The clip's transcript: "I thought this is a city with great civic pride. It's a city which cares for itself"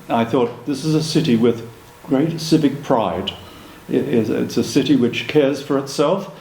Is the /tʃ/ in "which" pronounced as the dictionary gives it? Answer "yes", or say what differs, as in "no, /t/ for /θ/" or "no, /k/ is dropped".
yes